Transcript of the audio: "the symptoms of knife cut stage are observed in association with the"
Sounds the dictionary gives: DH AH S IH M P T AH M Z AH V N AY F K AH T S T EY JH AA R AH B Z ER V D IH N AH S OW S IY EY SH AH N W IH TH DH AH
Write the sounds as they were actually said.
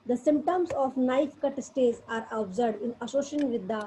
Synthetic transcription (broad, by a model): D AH S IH M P T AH M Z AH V N AY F K AH T S T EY Z AA R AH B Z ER D IH N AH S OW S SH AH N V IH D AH